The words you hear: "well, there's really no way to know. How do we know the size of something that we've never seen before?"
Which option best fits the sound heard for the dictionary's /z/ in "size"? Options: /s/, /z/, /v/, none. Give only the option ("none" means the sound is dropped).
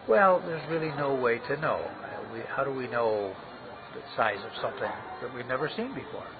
/z/